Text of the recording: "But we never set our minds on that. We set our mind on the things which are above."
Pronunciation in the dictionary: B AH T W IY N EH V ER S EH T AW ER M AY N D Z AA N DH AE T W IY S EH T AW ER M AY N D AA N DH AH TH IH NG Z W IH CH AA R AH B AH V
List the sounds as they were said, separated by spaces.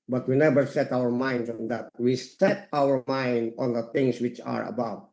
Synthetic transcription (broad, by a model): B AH T W IY N EH V ER S EH T AW ER M AY N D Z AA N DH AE T W IY S EH T AW ER M AY N D AA N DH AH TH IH NG S W IH CH AA R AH B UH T